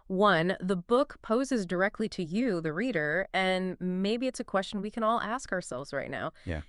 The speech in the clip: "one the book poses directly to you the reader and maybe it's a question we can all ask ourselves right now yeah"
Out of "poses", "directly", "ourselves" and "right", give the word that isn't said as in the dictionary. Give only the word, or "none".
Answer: none